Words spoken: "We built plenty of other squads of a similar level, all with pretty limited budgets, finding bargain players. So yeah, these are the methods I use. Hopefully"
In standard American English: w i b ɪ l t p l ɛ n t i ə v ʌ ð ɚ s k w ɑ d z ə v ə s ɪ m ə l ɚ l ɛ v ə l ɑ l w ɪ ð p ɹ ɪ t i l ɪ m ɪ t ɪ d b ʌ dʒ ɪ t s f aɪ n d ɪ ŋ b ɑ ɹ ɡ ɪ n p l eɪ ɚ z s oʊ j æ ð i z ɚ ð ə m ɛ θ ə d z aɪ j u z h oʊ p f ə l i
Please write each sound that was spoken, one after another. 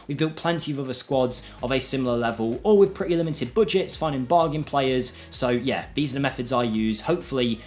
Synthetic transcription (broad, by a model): w i b ɪ l t p l ɛ n t i ə v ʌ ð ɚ s k w ɑ d z ə v ə s ɪ m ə l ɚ l ɛ v ə l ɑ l w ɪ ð p ɹ ɪ t i l ɪ m ɪ t ɪ d b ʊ dʒ ɪ t s f aɪ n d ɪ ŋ b ɑ ɡ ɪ n p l eɪ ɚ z s oʊ j æ ð i z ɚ ð ə m ɛ θ ə d z aɪ j u z h oʊ p f ə l i